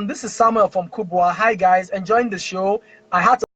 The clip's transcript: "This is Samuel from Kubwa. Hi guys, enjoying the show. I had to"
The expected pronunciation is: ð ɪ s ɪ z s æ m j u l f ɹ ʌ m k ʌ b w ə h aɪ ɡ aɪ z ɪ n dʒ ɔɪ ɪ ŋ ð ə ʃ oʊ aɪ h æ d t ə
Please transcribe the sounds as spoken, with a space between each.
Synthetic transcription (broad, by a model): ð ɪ s ɪ z s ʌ m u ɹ f ɹ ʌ m k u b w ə h aɪ ɡ aɪ z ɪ n dʒ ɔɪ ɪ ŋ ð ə ʃ oʊ aɪ h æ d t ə